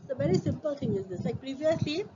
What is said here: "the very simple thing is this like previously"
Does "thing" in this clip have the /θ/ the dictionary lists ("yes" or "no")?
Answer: no